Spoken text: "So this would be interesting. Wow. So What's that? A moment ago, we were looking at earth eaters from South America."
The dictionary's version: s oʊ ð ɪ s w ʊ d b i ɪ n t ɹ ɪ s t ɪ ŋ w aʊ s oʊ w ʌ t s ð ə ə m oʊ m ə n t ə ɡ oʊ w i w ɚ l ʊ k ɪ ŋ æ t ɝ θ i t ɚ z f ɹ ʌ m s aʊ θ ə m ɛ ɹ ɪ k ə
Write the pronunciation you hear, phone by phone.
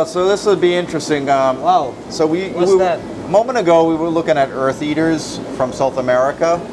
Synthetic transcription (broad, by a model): s oʊ ð ɪ s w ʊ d b i ɪ n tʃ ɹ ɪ s t ɪ ŋ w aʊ s oʊ w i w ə ə m oʊ m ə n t ə ɡ oʊ w i w ɚ l ʊ k ɪ ŋ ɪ t ɝ θ i t ɚ z f ɹ ʌ m s aʊ θ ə m ɛ ɹ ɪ k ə